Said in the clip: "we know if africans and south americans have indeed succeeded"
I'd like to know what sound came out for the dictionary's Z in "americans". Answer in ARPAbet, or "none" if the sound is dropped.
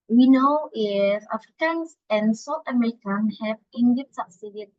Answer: none